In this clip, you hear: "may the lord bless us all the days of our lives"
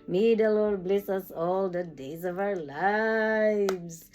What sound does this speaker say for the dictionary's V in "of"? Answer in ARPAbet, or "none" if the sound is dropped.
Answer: V